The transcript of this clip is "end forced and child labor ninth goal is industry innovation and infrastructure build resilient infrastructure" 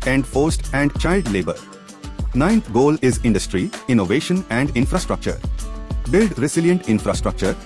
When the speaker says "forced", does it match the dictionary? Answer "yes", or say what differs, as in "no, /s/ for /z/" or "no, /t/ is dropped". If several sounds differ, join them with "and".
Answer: yes